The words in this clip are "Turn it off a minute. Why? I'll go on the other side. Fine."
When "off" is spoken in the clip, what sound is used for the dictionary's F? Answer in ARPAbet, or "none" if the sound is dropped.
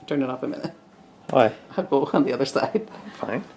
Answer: P